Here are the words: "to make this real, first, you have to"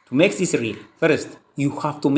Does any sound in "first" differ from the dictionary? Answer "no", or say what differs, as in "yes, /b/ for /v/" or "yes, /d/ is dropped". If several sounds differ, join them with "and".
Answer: no